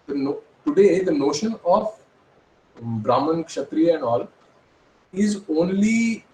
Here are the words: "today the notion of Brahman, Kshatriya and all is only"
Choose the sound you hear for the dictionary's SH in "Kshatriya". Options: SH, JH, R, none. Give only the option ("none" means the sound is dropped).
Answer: SH